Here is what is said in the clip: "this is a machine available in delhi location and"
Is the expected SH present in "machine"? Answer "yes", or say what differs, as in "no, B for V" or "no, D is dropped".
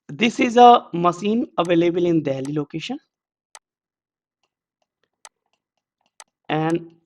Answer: no, S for SH